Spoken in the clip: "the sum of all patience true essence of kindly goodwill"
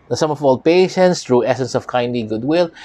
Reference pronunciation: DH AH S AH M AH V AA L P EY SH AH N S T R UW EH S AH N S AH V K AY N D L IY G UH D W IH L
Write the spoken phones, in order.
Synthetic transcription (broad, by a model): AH S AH M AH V AA L P EY SH AH N S T R UW EH S AH N S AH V K AY N D L IY G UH D W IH L